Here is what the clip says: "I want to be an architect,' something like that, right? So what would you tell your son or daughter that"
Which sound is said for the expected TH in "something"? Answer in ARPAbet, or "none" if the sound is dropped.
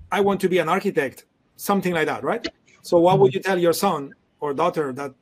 TH